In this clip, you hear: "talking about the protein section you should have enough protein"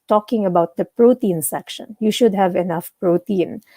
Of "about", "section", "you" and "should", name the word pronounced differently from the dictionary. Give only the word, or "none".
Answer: none